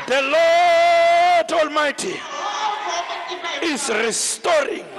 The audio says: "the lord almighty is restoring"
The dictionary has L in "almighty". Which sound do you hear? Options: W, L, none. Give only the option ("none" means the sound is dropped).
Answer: L